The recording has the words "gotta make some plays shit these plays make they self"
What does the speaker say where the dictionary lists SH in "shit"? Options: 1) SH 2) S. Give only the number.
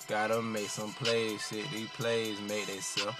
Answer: 2